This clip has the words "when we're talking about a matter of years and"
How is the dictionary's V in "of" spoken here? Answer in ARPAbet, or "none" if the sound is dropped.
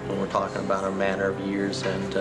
V